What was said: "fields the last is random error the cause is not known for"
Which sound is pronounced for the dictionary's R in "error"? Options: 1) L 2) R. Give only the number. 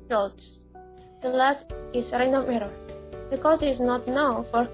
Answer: 2